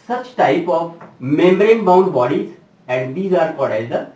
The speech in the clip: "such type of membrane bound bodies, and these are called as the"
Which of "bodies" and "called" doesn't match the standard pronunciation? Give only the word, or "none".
called